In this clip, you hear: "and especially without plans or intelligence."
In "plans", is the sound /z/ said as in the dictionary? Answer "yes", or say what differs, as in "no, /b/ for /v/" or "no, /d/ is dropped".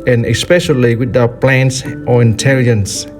no, /s/ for /z/